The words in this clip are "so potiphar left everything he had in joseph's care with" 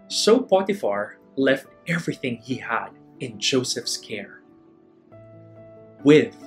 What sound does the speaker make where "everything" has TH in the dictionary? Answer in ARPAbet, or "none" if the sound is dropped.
TH